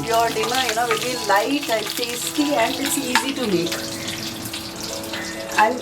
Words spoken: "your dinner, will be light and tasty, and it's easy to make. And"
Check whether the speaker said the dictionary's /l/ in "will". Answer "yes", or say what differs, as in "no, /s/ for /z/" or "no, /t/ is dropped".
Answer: no, /n/ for /l/